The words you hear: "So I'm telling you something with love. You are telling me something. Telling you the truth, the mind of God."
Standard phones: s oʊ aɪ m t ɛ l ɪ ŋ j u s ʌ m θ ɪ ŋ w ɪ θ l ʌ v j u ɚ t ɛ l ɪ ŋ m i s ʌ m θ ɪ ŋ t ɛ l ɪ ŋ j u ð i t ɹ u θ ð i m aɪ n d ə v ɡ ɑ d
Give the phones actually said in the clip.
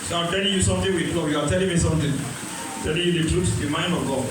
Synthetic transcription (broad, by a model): s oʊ aɪ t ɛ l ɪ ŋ j u s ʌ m t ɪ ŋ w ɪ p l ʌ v j u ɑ t ɛ l ɪ ŋ m i s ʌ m t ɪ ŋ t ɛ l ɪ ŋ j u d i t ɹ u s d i m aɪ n ə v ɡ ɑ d